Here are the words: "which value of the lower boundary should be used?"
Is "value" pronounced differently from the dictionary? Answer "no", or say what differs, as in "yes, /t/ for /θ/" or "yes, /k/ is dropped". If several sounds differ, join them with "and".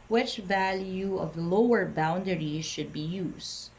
no